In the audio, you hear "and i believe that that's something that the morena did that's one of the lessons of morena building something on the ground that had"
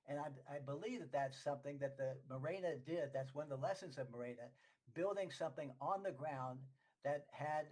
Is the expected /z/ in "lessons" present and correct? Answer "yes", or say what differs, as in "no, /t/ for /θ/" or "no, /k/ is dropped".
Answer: yes